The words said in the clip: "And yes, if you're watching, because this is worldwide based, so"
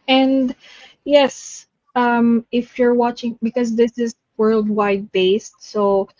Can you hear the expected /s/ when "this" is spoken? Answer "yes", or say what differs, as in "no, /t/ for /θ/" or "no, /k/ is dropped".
yes